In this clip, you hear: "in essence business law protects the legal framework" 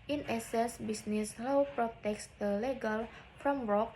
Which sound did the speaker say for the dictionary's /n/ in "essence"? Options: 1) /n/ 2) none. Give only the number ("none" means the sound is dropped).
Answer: 2